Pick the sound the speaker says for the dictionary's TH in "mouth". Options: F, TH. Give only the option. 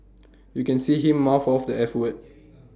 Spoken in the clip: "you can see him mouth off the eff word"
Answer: F